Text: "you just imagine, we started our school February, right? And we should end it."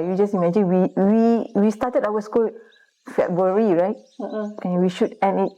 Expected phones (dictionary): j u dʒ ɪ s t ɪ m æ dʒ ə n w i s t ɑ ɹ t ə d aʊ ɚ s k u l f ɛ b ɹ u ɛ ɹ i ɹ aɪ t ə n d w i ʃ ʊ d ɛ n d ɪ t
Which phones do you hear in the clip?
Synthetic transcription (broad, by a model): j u dʒ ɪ s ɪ m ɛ dʒ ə n w i s t ɑ t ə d aʊ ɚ s k u l f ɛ b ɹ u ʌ ɹ i ɹ aɪ t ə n w i ʃ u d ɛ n ɪ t